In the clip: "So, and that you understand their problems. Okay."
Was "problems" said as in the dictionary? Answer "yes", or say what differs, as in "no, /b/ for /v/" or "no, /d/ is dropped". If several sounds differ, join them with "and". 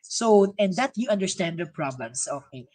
no, /s/ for /z/